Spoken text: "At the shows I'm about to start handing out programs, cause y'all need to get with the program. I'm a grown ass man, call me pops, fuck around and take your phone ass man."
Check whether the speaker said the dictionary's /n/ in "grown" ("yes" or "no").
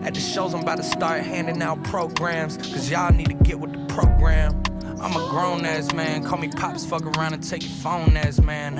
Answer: yes